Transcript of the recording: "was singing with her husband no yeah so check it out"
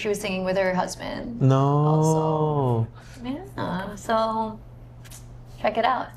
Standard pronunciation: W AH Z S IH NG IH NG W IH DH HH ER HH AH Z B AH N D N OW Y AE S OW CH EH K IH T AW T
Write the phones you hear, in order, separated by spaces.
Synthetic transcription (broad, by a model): W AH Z S IH NG IH NG W IH DH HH ER HH AH Z B AH N D N OW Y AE S OW CH EH K IH T AW T